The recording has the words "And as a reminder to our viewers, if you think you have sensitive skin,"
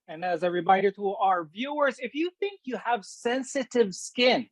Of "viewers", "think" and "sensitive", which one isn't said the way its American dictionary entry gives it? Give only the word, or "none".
none